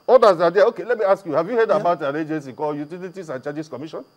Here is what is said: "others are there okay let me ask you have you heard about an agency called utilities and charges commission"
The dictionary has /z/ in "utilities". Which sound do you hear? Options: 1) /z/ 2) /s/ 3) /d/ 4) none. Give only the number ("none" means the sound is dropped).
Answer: 2